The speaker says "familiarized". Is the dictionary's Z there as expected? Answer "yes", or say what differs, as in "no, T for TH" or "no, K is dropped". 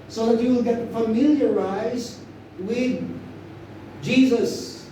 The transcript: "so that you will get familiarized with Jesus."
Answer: yes